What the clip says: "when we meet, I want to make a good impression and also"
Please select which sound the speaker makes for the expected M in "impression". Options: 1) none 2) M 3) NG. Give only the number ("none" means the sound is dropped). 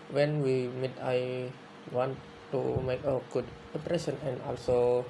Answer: 1